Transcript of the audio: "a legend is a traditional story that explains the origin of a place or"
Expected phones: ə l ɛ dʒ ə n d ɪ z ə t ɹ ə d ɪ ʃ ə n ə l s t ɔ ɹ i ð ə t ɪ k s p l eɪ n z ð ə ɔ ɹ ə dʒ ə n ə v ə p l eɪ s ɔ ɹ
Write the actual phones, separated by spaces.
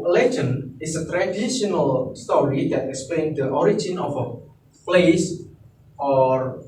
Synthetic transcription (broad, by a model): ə l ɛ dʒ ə n ɪ s ə t ɹ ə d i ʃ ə n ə l s t ɔ ɹ i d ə t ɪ k s p l eɪ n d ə ɔ ɹ ə dʒ ə n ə f ə p l eɪ s ɔ ɹ